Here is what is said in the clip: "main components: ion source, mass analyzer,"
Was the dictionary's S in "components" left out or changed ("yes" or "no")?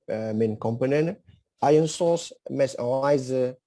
yes